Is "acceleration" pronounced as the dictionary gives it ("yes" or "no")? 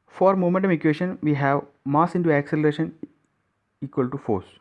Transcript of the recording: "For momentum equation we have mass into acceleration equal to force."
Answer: yes